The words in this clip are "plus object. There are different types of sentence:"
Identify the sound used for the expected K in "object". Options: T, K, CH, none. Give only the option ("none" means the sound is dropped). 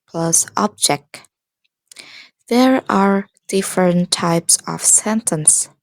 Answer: K